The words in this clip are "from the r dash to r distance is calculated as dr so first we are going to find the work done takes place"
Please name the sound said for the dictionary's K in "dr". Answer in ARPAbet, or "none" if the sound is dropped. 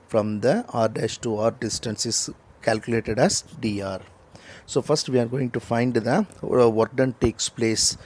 none